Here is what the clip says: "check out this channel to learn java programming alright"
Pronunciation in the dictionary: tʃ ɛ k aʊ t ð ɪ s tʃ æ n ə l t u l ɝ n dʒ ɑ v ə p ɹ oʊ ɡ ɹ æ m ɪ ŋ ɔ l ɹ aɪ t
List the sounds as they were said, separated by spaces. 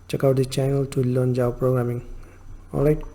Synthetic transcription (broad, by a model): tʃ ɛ k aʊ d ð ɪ tʃ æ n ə l t u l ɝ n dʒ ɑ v p ɹ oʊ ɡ ɹ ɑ m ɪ ŋ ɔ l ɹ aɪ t